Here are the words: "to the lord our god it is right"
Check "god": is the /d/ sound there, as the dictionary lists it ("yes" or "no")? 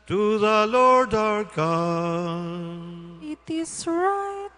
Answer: no